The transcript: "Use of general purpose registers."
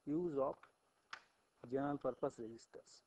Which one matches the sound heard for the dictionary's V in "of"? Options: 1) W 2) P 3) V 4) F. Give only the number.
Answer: 2